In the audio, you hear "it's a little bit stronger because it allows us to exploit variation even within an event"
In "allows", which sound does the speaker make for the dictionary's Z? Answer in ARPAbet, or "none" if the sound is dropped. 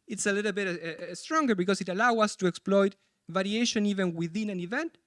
none